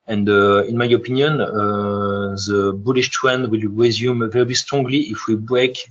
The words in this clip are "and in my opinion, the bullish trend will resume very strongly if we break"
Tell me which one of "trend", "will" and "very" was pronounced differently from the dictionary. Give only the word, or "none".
trend